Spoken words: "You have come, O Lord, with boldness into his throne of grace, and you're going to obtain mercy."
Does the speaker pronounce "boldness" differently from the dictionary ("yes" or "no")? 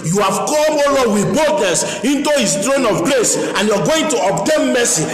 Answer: yes